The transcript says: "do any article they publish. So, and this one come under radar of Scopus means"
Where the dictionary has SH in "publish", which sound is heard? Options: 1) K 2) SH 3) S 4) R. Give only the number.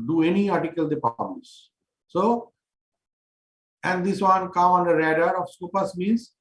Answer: 3